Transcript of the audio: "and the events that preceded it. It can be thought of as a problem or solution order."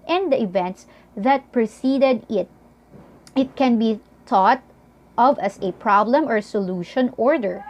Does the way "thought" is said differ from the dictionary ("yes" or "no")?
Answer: yes